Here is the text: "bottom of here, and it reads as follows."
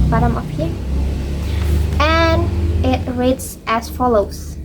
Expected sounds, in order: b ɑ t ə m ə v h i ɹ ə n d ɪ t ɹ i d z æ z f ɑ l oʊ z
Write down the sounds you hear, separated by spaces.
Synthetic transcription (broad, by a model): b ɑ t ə m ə p h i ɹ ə n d ɪ t ɹ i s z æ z f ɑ l oʊ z